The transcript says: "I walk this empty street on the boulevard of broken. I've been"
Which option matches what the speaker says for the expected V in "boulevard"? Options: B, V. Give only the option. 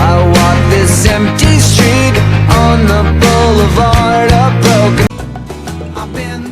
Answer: V